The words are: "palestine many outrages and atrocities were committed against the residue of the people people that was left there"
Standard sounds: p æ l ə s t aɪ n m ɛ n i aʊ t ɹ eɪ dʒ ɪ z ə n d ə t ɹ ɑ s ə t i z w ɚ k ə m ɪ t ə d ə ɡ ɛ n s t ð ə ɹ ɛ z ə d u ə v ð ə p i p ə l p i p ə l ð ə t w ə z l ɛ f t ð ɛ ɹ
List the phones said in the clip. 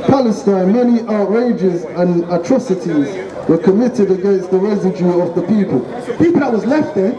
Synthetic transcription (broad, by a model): p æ l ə s t aɪ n m ɛ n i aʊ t ɹ eɪ dʒ ɪ z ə n ə t ɹ ɑ s ə t i z w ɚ k ə m ɪ t ə d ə ɡ ɛ n s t ð ə ɹ ɛ z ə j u ə v ð ə p i p ə l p i p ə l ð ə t w ə z l ɛ f t ð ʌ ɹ